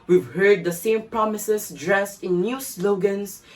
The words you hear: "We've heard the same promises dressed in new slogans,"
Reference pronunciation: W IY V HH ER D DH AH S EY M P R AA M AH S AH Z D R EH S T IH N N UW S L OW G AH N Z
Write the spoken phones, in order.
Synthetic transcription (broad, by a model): W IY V HH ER D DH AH S EY M P R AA M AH S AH S D R EH S T IH N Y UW S L OW G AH N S